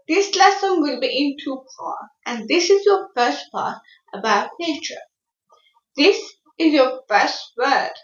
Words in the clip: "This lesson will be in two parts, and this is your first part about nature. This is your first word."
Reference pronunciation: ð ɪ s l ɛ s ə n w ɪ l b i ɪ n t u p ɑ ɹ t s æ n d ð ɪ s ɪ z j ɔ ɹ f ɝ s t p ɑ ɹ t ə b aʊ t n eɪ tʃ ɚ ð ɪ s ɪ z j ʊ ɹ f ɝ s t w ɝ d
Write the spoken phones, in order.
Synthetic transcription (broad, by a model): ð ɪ s l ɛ s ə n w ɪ l b i ɪ n t u f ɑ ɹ t æ n d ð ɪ s ɪ z j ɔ f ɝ s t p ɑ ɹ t ə b aʊ t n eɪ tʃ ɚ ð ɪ s ɪ z j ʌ f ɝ s t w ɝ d